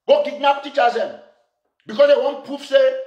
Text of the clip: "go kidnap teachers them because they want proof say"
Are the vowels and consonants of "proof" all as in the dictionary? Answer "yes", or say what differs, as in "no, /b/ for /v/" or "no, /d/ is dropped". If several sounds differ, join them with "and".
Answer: no, /ɹ/ is dropped